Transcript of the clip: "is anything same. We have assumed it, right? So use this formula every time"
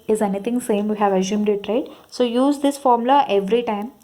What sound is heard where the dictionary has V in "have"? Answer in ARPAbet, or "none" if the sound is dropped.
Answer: V